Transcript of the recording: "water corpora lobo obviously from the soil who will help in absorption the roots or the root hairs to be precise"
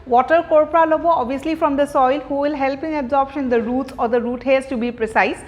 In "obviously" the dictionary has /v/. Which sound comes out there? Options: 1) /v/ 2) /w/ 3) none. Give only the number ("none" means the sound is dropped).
3